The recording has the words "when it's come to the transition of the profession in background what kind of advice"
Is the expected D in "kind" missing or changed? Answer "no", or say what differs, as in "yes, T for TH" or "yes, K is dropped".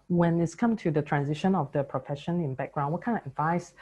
yes, D is dropped